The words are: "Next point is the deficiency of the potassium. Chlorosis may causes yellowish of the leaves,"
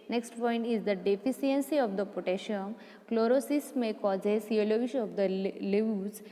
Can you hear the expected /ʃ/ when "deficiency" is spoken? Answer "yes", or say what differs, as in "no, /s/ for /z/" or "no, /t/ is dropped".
no, /s/ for /ʃ/